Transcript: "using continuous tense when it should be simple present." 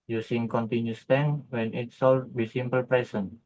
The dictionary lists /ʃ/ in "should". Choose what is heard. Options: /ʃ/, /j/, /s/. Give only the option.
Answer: /s/